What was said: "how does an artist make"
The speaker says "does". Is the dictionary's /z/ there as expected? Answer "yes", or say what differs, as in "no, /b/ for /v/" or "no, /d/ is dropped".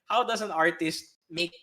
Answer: no, /s/ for /z/